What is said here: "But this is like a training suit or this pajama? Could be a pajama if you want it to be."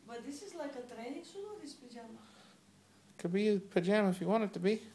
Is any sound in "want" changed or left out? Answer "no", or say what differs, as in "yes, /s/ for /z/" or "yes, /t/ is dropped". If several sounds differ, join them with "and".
yes, /t/ is dropped